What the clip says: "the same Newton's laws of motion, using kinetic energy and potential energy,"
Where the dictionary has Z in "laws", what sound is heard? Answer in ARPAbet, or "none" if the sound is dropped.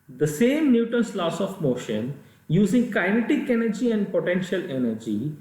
S